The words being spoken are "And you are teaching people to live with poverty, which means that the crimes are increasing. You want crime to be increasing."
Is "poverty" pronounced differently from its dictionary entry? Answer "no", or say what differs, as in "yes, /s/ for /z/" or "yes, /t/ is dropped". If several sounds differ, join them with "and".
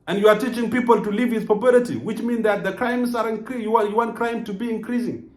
yes, /b/ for /v/